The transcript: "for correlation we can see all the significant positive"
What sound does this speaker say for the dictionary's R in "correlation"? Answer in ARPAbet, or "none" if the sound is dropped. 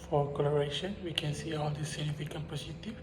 L